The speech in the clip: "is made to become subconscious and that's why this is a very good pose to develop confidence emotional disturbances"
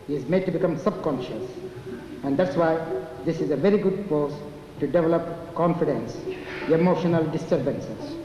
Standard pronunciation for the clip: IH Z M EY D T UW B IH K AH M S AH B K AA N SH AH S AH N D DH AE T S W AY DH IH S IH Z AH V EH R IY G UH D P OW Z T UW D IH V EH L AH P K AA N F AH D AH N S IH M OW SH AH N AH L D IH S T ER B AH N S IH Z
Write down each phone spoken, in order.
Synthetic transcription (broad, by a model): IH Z M EY D T UW B IH K AH M S AH B K AA N SH AH S AH N D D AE T S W AY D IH S IH Z AH V EH R IY G UH D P OW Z T UW D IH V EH L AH P K AA N F AH D AH N S IH M OW SH AH N AH L D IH S T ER B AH N S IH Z